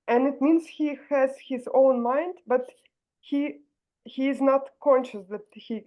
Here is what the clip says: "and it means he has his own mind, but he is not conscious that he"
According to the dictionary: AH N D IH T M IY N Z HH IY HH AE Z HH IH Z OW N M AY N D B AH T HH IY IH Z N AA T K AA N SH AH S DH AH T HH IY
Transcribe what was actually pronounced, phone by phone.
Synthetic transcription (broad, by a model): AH N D IH T M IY N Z HH IY HH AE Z HH IH Z OW N M AY N D B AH T HH IY IH Z N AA T K AA N SH AH S DH AH T HH IY